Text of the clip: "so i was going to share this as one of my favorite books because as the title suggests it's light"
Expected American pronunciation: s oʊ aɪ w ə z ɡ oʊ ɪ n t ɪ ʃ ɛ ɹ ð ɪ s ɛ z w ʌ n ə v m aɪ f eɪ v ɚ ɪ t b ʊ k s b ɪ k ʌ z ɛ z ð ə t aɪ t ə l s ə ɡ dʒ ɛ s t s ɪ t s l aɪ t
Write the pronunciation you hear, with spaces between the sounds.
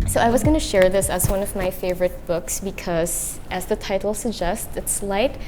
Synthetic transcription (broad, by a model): s oʊ aɪ w ə z ɡ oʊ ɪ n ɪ ʃ ɛ ɹ ð ɪ s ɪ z w ʌ n ə v m aɪ f eɪ v ɚ ɪ t b ʊ k s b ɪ k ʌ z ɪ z ð ə t aɪ t l s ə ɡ dʒ ɛ s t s ɪ t s l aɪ t